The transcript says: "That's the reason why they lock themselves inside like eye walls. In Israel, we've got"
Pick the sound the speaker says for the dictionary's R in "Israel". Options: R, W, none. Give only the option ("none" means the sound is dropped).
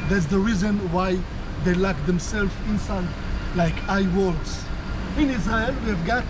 none